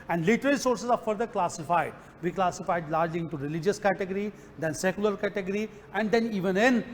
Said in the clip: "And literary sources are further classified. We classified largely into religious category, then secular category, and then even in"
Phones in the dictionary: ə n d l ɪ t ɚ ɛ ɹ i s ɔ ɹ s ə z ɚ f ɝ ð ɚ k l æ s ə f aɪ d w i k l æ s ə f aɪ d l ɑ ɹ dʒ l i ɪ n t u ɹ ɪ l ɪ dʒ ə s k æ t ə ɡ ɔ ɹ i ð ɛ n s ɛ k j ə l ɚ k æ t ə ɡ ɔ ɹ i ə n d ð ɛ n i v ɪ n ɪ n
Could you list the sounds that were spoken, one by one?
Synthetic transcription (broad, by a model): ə n d l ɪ t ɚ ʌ l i s ɔ ɹ s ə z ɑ f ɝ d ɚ k l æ s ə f aɪ d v i k l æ s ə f aɪ d l ɑ ɹ dʒ l i ɪ n t u ɹ ɪ l ɪ dʒ ə s k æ t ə ɡ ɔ ɹ i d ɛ n s ɛ k j ə l ɚ k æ t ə ɡ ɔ ɹ i ə n d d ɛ n i v ɪ n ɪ n